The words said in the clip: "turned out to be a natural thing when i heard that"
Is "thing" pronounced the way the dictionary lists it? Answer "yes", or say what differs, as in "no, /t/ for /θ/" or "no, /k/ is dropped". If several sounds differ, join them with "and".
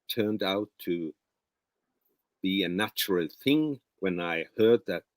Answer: yes